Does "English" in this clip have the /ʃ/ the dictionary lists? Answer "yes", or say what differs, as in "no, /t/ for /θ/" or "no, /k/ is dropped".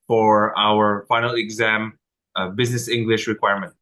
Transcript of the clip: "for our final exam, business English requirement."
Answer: yes